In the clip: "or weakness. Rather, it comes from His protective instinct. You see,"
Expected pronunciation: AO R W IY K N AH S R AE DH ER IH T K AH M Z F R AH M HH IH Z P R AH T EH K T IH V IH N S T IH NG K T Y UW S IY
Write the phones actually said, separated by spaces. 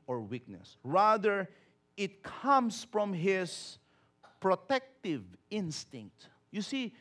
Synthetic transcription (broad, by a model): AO R W IY K N AH S R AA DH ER IH T K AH M S F R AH M HH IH S P R AH T EH K T IH V IH N S T IH NG K T Y UW S IY